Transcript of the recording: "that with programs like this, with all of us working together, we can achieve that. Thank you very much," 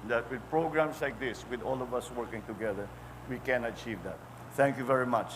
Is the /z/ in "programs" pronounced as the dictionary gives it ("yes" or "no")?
no